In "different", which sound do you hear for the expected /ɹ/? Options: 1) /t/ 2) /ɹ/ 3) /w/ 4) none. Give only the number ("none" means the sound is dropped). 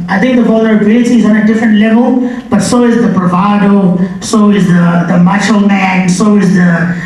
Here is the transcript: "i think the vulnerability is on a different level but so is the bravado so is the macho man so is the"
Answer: 2